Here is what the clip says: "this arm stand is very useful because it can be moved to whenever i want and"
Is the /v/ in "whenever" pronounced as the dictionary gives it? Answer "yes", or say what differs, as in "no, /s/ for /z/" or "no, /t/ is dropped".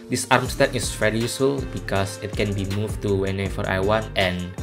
no, /f/ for /v/